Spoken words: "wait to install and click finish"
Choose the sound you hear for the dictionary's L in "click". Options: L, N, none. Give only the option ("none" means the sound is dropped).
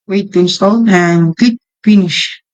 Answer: none